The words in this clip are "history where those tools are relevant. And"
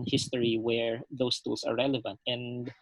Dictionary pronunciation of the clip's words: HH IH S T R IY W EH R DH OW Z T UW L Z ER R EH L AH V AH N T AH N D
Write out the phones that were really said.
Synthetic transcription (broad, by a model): HH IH S T R IY W EH R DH OW S T UW L S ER R EH L AH V AH N T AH N D